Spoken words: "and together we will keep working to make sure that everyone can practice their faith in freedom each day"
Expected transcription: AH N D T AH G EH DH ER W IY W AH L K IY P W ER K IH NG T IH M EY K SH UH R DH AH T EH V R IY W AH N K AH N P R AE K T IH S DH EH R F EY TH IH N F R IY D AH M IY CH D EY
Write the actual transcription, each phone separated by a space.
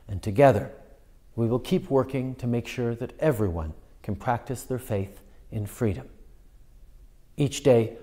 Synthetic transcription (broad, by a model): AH N T AH G EH DH ER W IY W AH L K IY P W ER K IH NG T IH M EY K SH UH R DH AH T EH V R IY W AH N K N P R AE K T IH S DH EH R F EY TH IH N F R IY D AH M IY CH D EY